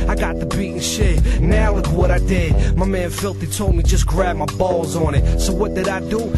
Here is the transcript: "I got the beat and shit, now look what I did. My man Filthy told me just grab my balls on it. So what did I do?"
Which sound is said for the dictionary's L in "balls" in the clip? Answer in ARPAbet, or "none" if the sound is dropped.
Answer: L